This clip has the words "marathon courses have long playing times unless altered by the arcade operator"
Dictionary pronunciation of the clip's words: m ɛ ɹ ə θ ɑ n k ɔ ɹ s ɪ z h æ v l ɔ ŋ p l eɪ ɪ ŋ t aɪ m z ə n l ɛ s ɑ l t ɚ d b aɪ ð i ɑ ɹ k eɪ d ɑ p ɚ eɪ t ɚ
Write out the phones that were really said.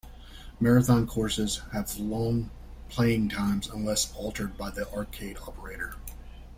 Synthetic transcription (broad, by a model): m ɛ ɹ ə θ ɑ n k ɔ ɹ s ɪ z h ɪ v l ɔ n p l eɪ ɪ ŋ t aɪ m z ə n l ɛ s ɑ l t ɚ d b aɪ ð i ɑ ɹ k eɪ d ɑ p ɚ eɪ t ɚ